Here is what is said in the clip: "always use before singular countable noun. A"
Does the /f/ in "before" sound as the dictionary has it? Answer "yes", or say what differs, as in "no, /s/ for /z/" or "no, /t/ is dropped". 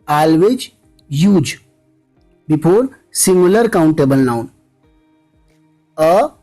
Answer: no, /p/ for /f/